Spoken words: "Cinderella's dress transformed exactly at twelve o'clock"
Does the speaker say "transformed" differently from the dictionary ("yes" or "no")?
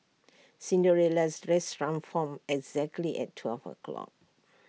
yes